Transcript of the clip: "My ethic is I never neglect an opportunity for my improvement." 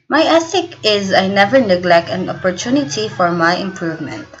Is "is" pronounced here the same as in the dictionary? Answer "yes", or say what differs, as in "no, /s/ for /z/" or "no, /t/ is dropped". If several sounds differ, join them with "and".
yes